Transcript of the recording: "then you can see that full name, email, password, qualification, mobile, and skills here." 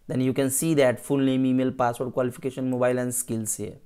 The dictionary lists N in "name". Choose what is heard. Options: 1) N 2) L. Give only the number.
2